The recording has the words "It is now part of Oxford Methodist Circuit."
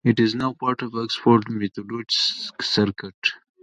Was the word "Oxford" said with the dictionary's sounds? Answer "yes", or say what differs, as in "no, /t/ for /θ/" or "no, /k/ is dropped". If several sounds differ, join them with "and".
no, /p/ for /f/